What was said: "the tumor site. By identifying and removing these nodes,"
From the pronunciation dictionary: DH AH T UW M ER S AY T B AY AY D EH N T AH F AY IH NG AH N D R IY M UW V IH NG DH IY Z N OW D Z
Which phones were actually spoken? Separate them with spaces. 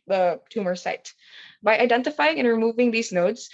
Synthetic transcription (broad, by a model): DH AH T UW M ER S AY T B AY AY D EH N T AH F AY IH NG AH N R IY M UW V IH NG DH IY Z N OW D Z